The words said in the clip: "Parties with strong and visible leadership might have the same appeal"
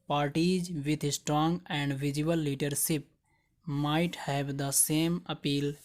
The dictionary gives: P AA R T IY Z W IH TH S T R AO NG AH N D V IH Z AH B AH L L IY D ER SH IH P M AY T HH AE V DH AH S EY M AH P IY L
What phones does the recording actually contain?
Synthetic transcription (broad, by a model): P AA R T IY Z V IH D S T R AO NG AH N D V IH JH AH AH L L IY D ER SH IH P M AY T HH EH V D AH S EY M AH P IY L